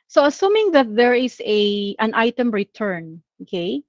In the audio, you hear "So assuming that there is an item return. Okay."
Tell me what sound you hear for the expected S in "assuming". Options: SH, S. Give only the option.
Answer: S